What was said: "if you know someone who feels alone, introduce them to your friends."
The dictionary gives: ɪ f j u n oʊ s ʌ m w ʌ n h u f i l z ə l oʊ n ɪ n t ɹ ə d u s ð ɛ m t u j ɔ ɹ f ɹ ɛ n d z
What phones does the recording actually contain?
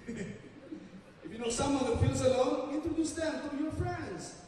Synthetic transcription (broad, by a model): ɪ f j u n oʊ s ʌ m w ʌ n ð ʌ f i l z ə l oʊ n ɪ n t ə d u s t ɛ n t u j ɔ ɹ f ɹ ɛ n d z